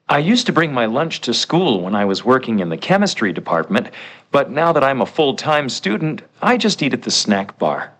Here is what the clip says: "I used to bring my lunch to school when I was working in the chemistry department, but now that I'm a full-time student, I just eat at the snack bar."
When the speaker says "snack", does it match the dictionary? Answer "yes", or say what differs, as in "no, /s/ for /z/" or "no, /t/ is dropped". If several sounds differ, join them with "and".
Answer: yes